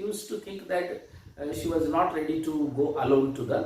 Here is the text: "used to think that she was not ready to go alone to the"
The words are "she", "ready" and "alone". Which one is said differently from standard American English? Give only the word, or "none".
none